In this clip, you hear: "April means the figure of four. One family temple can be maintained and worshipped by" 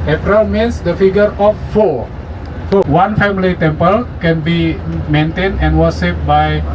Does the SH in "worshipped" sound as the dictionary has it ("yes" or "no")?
no